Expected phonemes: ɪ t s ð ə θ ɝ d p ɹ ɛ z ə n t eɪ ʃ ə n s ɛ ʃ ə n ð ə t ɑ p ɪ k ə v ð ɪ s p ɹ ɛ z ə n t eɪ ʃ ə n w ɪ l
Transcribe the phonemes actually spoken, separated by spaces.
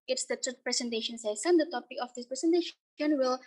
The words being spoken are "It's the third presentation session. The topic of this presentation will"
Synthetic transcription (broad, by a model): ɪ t s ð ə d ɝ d p ɹ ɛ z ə n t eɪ ʃ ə n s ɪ s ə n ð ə t ɑ p ɪ k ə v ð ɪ s p ɹ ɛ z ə n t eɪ ʃ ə n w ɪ l